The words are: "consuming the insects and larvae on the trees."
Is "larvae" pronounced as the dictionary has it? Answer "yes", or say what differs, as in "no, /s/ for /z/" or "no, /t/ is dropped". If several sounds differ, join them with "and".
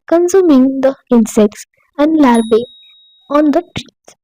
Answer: no, /b/ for /v/